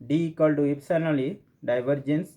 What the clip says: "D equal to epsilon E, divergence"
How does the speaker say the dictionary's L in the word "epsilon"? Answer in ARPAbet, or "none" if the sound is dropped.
N